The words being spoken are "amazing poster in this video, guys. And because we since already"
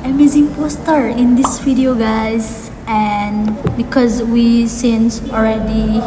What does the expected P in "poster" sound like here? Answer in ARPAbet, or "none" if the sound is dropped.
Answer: P